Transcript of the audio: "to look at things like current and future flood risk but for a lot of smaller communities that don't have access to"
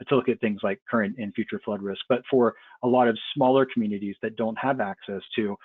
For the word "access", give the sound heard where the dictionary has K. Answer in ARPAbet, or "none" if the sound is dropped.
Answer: K